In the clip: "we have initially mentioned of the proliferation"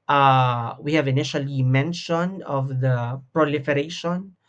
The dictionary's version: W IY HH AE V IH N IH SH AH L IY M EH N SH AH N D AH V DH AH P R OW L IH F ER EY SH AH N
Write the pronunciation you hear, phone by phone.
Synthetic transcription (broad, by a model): W IY HH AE V IH N IH SH AH L IY M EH N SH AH N AH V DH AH P R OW L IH F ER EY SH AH N